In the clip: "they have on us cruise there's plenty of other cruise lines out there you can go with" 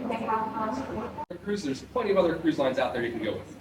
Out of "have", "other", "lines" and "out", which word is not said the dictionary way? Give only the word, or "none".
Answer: have